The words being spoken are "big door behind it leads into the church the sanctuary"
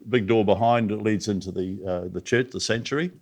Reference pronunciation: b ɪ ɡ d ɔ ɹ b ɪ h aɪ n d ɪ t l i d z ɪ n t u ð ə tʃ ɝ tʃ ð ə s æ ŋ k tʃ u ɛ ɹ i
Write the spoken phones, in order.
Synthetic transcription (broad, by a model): b ɪ ɡ d ɔ ɹ b ɪ h aɪ n d ɪ t l i d z ɪ n t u ð ə tʃ ɝ tʃ ð ə s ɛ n tʃ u ɹ i